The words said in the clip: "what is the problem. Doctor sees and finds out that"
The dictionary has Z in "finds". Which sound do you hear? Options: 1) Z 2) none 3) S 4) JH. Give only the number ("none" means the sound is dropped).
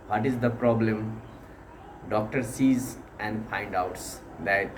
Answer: 2